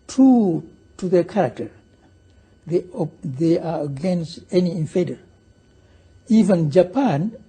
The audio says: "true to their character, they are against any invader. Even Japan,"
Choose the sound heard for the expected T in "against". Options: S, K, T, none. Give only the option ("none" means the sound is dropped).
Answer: T